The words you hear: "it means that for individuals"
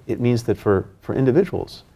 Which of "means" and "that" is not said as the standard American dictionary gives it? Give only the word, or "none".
none